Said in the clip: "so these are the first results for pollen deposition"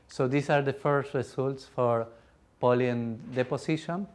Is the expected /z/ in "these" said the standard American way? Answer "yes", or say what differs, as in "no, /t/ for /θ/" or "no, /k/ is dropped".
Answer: no, /s/ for /z/